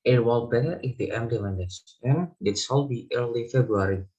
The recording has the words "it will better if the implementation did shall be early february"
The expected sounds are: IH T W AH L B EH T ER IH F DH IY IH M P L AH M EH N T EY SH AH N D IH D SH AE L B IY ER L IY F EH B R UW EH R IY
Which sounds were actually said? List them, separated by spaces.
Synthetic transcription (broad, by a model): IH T W AH L B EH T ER IH F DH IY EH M L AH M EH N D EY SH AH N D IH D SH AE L B IY ER L IY F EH B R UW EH R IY